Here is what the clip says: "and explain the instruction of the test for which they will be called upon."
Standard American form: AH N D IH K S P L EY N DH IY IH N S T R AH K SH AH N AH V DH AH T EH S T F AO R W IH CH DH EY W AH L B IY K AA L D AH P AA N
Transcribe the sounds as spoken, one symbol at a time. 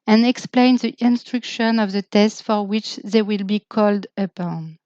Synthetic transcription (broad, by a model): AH N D IH K S P L EY N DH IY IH N S T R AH K SH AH N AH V DH AH T EH S T F AO R W IH CH DH EY W AH L B IY K AA L D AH P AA N